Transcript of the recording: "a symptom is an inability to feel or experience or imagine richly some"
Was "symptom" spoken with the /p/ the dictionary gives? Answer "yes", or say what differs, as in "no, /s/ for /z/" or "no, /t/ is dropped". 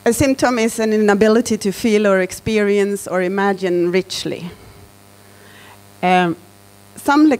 yes